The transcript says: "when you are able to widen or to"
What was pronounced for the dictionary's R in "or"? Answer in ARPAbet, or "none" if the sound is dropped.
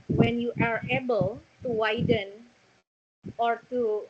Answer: R